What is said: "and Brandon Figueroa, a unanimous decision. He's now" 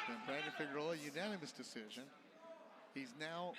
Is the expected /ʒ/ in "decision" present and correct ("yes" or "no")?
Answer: yes